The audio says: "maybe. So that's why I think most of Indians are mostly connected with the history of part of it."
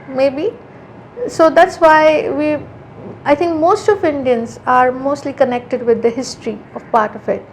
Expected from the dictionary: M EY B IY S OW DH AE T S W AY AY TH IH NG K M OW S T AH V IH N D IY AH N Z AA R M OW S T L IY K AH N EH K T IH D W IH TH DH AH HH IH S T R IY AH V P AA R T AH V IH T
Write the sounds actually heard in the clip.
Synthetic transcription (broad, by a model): M EY B IY S OW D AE T S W AY AY T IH NG K M OW S T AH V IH N D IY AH N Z AA R M OW S T L IY K AH N EH K T IH D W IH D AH HH IH S T R IY AH V P AA R T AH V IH T